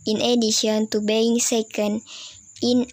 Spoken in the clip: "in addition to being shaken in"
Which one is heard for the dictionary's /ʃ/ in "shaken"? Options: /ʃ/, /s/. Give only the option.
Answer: /s/